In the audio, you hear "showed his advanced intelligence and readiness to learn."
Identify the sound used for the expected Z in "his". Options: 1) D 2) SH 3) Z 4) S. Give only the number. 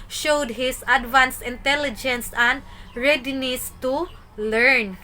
4